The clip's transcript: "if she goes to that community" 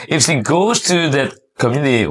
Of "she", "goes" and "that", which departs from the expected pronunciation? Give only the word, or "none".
she